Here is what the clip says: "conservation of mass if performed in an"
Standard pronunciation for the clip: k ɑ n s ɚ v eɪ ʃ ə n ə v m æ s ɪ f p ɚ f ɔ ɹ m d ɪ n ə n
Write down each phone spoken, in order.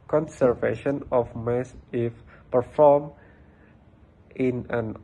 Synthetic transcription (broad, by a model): k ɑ n s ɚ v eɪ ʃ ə n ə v m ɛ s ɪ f p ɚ f ɔ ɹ m ɪ n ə n